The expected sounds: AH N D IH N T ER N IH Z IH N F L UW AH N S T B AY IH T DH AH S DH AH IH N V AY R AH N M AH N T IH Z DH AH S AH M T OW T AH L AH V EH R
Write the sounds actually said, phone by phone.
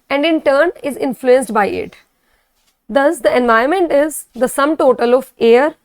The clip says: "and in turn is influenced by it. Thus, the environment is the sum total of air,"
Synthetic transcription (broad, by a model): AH N D IH N T ER N IH Z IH N F L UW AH N S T B AY IH T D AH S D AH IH N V AY AH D M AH N T IH Z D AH S AH M T OW T AH L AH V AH R